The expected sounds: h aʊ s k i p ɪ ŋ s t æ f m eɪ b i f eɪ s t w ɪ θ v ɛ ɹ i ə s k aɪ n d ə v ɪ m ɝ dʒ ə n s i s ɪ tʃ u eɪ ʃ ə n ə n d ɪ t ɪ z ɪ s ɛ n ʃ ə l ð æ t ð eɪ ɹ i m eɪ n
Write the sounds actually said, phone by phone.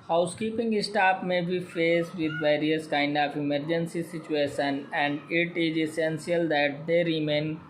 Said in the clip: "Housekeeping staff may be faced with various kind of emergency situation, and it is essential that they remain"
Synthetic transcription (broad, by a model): h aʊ s k i p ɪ ŋ s t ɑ p m eɪ b i f eɪ s t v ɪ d v ɛ ɹ i ə s k aɪ n d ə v ɪ m ɝ dʒ ə n s i s ɪ tʃ u eɪ ʃ ə n ə n d ɪ t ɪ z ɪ s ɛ n s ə l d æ t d eɪ ɹ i m eɪ n